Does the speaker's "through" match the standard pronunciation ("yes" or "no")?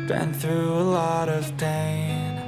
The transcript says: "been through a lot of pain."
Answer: yes